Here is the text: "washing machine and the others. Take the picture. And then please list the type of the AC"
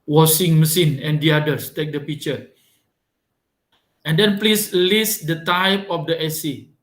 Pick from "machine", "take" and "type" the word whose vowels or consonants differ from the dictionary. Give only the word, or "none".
machine